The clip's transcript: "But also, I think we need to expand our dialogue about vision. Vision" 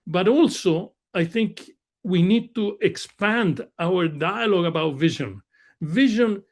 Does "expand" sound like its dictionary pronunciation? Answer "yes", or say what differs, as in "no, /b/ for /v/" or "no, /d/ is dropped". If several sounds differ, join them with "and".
yes